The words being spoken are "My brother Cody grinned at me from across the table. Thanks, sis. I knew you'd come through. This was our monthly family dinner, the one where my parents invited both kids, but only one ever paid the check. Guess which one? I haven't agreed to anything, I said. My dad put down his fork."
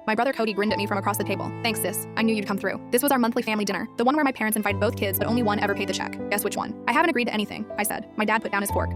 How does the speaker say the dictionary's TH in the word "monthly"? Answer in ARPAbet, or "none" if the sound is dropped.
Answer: TH